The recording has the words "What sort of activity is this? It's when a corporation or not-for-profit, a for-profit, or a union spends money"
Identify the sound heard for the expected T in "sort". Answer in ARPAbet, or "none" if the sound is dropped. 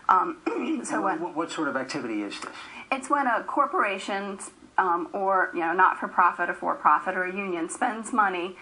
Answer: T